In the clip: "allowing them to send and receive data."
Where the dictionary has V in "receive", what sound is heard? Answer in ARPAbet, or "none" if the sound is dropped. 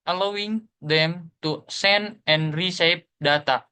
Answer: P